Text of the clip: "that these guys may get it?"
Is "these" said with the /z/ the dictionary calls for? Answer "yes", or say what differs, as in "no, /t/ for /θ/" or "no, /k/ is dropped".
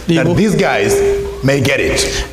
yes